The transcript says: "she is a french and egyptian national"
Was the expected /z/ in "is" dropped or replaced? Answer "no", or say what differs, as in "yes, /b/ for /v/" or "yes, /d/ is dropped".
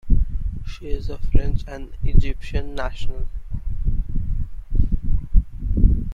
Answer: no